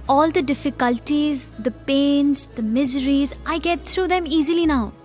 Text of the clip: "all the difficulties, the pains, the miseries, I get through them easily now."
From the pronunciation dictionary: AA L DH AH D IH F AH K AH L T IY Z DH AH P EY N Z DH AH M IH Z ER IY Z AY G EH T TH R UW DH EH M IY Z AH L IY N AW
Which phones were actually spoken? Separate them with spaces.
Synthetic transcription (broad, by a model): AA L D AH D IH F AH K AH L T IY Z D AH P EY N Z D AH M IH Z ER IY Z AY G EH T T R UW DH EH M IY Z AH L IY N AW